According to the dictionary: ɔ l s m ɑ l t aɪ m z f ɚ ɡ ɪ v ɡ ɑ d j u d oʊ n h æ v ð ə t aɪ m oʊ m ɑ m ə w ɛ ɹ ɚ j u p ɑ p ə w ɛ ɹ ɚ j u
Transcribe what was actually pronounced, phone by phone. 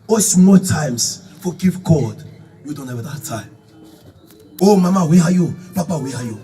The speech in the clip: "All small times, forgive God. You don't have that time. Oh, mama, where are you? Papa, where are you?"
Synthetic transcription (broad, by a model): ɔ s m ɑ l t aɪ m s f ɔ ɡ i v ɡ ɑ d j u d oʊ n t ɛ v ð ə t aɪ oʊ m ɑ m ə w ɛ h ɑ j u p ɑ p ə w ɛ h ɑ j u